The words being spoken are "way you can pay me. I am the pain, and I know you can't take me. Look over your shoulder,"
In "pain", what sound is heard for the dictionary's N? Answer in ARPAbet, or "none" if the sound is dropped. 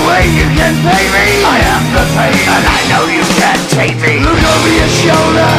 none